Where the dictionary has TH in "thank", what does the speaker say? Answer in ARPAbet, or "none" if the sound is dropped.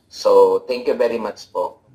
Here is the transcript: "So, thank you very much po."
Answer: T